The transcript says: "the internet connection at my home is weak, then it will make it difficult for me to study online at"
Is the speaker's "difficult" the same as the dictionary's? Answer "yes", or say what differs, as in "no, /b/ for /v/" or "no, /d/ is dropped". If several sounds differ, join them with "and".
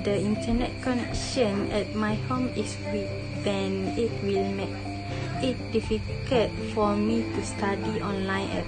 no, /l/ is dropped